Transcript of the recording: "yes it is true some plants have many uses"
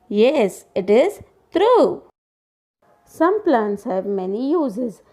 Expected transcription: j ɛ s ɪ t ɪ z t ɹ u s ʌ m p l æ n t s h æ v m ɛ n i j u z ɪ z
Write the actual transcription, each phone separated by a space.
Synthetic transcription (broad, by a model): j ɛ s ɪ t ɪ z t ɹ u s ʌ m p l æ n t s h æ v m ɛ n i j u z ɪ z